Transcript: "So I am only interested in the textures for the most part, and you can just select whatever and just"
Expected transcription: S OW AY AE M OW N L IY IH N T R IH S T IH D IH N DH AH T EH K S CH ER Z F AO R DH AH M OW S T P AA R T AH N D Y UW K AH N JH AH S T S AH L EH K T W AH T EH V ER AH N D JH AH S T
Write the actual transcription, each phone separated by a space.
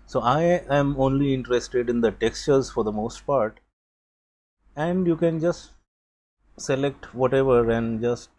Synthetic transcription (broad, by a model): S OW AY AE M OW N L IY IH N T R IH S T IH D IH N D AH T EH K S CH ER Z F AO R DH AH M OW S T P AA R T AH N D Y UW K AH N JH AH S T S AH L EH K T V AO T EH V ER AH N D JH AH S T